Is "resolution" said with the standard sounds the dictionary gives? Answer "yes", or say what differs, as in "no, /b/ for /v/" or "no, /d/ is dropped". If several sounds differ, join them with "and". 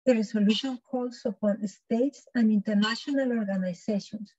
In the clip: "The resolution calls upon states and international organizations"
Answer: no, /s/ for /z/